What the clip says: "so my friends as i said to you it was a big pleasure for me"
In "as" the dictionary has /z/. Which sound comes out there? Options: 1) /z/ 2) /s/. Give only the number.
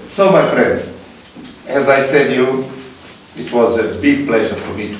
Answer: 1